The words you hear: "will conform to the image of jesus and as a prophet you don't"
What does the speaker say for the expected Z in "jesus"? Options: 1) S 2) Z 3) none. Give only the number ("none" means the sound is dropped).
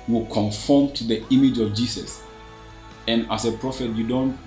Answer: 1